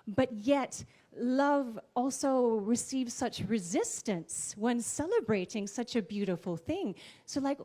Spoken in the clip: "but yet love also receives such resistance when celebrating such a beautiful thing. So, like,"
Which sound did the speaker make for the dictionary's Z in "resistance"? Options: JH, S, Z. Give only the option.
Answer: Z